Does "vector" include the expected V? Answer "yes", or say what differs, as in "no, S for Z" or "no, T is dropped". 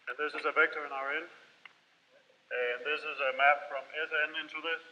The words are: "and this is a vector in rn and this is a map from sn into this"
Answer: yes